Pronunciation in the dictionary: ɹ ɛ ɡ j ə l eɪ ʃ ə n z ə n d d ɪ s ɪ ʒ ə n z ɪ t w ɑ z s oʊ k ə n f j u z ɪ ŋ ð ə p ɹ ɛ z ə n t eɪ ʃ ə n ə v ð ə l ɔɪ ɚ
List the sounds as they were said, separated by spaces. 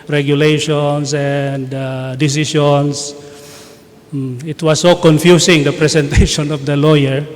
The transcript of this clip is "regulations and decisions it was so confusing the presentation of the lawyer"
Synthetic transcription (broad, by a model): ɹ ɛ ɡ j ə l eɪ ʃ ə n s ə n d d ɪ s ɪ ʃ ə n s ɪ t w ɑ s oʊ k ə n f j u s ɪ ŋ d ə p ɹ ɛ s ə n t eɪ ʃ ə n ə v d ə l ɔɪ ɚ